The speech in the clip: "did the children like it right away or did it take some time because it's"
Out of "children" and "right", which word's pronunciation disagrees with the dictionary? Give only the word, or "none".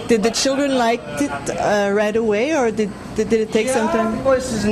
none